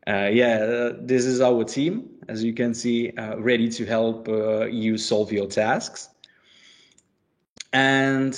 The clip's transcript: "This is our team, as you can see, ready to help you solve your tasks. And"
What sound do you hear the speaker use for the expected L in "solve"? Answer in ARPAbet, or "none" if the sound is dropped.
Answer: L